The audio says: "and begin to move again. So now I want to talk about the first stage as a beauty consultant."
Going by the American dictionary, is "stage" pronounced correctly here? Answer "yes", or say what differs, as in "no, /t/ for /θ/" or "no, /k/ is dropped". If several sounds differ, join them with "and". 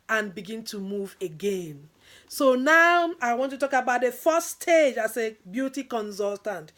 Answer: yes